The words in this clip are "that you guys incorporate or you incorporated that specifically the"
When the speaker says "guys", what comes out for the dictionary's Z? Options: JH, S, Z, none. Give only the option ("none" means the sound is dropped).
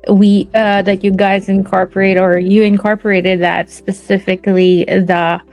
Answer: Z